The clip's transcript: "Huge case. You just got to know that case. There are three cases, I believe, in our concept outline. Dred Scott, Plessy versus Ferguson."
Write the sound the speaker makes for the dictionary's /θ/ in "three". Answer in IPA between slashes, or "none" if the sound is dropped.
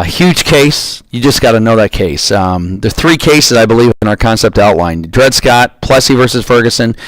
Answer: /θ/